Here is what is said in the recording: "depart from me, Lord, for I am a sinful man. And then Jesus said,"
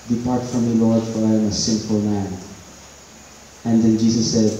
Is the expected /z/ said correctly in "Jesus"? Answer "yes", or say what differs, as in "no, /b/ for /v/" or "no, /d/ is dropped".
no, /s/ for /z/